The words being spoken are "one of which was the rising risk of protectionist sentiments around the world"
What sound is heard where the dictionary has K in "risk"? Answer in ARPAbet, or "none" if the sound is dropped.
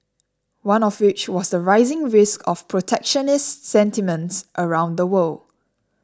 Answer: K